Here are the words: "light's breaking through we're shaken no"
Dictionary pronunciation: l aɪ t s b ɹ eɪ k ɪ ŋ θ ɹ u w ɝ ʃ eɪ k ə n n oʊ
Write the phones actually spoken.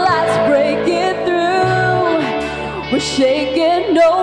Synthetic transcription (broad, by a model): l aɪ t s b ɹ eɪ k ɪ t θ ɹ u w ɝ ʃ eɪ k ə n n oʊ